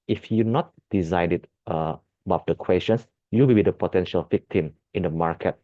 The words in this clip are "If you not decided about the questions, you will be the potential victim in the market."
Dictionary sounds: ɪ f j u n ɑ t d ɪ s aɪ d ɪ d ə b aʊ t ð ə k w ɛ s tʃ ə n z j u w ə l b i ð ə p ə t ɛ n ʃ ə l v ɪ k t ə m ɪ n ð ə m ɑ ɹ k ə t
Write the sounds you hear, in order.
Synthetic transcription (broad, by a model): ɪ f j u n ɑ t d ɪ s aɪ d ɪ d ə b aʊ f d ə k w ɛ s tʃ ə n s j u w ə l b i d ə p ə t ɛ n ʃ ə l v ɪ k t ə m ɪ n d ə m ɑ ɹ k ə t